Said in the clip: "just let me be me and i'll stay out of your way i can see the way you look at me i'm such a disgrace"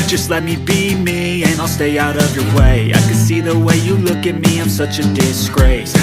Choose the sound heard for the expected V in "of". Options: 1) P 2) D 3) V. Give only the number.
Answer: 3